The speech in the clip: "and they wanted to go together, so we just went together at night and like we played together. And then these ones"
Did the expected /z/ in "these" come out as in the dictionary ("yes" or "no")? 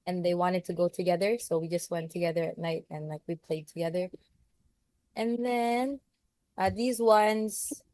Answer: yes